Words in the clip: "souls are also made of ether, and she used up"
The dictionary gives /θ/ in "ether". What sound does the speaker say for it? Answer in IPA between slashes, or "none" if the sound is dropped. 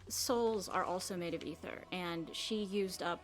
/θ/